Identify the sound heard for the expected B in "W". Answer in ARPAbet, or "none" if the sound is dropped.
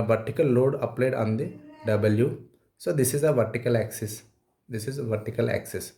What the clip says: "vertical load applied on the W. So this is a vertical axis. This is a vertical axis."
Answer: B